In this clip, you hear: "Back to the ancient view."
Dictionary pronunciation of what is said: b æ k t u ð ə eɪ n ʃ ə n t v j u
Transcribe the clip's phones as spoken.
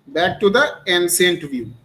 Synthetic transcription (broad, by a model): b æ k t u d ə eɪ n s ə n t v j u